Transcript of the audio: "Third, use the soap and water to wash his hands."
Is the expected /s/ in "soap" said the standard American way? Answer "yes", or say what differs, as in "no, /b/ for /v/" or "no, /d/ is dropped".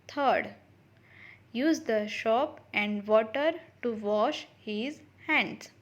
no, /ʃ/ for /s/